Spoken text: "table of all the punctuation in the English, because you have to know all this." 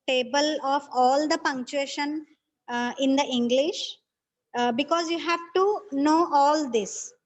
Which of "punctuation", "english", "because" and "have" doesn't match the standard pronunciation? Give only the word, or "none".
none